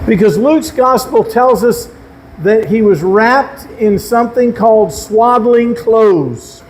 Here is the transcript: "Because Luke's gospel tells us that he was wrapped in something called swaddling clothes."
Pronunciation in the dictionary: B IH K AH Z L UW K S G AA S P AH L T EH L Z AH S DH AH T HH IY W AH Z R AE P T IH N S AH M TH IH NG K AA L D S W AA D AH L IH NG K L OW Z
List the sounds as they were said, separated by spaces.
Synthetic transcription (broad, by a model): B IH K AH Z L UW K S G AA S P L T EH L Z AH S DH AH T HH IY W AH Z R AE P T IH N S AH M TH IH NG K AA L D S W AA D L IH NG K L OW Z